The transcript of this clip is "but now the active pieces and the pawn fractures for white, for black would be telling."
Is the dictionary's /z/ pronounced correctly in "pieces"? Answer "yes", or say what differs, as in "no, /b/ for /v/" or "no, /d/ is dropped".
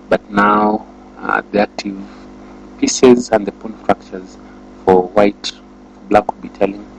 yes